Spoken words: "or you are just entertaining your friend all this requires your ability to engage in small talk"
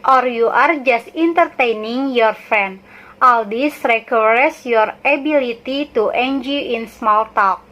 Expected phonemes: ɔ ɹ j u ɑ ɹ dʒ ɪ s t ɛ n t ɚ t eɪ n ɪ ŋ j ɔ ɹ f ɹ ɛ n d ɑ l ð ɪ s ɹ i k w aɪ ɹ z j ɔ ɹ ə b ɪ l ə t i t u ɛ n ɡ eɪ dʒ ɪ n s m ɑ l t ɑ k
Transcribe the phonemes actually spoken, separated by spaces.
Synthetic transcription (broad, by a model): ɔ ɹ j u ɑ ɹ dʒ ɪ s t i n t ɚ t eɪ n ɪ ŋ j ɔ ɹ f ɹ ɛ n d ɑ l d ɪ s ɹ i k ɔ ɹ s j ɔ ɹ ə b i l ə t i t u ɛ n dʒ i ɪ n s m ɑ l t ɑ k